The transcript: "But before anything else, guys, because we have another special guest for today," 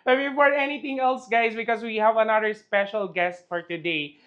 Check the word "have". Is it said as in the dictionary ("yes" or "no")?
yes